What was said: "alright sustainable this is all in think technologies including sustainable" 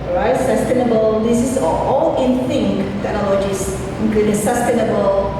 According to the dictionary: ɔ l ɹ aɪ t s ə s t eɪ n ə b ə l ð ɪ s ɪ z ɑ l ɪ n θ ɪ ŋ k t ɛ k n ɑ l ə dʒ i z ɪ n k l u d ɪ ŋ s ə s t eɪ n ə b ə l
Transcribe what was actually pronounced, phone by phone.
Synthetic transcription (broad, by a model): ɹ aɪ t s ə s t eɪ n ə b ə l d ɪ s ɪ s ɑ l ɪ n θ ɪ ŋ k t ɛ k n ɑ l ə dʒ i s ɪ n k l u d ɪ s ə s t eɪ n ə b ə l